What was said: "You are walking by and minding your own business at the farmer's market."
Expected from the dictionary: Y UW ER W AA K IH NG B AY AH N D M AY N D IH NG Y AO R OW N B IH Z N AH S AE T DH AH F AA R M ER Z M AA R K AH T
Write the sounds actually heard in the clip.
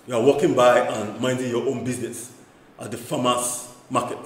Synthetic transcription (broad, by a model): Y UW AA W AA K IH NG B AY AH N M AY N D IH NG Y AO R OW N B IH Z N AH S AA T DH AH F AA M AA S M AA K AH T